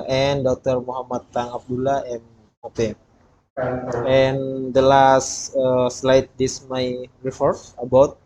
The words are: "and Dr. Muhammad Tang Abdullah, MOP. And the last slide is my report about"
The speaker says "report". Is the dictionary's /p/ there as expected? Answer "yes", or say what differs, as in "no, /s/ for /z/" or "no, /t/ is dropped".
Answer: no, /f/ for /p/